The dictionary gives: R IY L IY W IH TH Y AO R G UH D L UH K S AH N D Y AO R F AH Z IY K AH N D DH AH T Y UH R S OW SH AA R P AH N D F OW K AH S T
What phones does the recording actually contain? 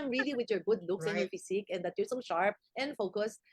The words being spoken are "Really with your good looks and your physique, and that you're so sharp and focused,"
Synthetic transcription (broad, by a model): R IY L IY W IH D Y AO R G UH D L UH K S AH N Y AO R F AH S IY K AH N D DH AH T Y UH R S OW SH AA R P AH N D F OW K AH S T